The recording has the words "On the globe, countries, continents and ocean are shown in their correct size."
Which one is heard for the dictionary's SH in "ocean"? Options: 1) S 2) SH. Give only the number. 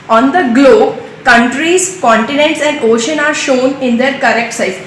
2